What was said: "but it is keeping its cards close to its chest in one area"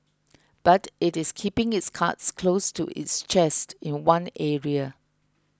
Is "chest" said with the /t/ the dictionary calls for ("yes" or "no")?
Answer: yes